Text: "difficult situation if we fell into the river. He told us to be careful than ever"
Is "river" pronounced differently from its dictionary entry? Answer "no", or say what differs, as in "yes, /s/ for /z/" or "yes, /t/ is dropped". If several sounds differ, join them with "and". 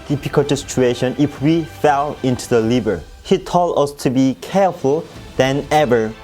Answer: yes, /l/ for /ɹ/